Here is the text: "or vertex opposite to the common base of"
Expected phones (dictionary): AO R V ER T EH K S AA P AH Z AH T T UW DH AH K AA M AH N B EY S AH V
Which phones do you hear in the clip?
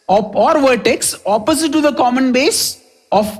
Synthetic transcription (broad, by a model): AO R V ER T EH K S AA P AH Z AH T T UW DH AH K AA M AH N B EY S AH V